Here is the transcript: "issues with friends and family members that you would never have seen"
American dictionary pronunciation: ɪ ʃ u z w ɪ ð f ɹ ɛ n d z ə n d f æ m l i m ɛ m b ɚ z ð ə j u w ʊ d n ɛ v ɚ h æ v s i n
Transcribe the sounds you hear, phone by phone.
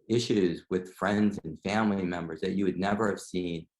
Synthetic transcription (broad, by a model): ɪ ʃ u z w ɪ ð f ɹ ɛ n d z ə n f æ m l i m ɛ m b ɚ z ð ə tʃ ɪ w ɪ d n ɛ v ɚ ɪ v s i n